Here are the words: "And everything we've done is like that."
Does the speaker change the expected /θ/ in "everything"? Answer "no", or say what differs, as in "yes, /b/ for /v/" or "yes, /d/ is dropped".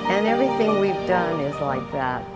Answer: no